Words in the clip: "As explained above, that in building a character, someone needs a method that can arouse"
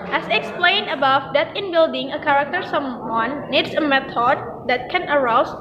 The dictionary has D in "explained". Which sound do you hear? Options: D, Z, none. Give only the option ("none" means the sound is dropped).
none